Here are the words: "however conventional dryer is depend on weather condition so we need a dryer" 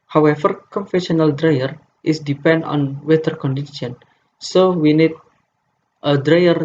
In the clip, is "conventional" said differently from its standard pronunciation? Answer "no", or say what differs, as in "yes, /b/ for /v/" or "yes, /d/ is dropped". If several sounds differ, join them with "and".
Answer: yes, /f/ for /v/ and /n/ is dropped